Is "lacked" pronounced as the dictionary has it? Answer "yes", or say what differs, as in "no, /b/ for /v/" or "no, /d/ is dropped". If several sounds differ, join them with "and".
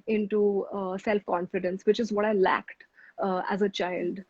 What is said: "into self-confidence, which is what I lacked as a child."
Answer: yes